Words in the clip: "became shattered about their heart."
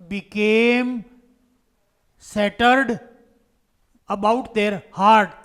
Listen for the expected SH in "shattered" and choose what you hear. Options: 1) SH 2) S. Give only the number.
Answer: 2